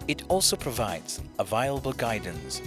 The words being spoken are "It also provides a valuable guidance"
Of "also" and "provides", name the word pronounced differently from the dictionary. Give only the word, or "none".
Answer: none